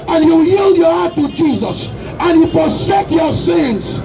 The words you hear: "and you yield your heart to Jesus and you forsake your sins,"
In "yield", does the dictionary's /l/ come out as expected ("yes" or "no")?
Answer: yes